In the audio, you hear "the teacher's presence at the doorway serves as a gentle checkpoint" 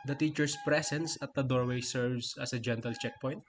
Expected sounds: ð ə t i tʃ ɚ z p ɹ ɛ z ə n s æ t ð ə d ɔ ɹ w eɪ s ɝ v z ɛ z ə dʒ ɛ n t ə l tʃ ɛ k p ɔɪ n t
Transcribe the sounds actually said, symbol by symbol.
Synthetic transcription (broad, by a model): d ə t i tʃ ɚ s p ɹ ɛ s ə n s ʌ t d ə d ɔ ɹ w eɪ s ɝ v s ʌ s ə dʒ ɛ n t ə l tʃ ɛ k p ɔɪ n t